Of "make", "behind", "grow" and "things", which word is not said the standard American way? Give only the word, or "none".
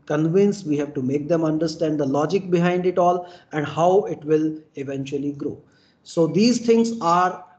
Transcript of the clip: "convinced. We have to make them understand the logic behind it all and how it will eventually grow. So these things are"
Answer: things